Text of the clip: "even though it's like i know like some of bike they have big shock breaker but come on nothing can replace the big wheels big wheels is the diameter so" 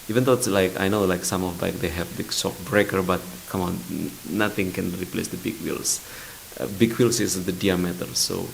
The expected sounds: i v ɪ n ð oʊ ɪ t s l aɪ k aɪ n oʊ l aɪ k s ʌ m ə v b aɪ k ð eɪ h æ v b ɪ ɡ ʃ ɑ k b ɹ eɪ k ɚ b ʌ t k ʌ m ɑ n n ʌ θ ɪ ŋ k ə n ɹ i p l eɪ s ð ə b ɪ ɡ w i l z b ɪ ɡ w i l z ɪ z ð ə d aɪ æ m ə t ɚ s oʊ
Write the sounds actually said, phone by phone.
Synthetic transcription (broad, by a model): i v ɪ n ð oʊ ɪ t s l aɪ k aɪ n oʊ l aɪ k s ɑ m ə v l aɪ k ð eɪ h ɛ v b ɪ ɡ s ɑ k b ɹ eɪ k ɚ b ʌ t k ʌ m ɑ n n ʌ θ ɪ ŋ k ə n ɹ i p l eɪ s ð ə b ɪ ɡ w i l s b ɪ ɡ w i l s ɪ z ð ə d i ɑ m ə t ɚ s oʊ